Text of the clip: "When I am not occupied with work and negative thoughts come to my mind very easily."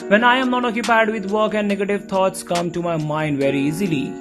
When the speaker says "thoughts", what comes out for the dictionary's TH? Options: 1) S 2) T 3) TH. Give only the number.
2